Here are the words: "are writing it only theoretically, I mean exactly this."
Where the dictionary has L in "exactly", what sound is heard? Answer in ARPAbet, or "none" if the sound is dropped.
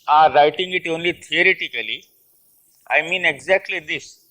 L